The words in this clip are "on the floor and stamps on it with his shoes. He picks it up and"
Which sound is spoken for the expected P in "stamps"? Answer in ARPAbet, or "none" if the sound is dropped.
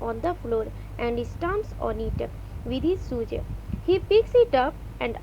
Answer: none